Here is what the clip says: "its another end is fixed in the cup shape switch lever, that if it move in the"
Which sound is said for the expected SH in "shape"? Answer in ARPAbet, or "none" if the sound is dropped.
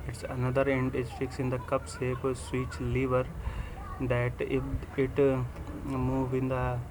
S